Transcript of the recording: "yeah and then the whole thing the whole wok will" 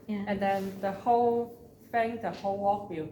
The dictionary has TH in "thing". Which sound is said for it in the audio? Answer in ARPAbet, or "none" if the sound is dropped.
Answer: F